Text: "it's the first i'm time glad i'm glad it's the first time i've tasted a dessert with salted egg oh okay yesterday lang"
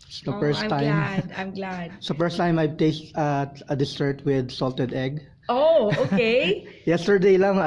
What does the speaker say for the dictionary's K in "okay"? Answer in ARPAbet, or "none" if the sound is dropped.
none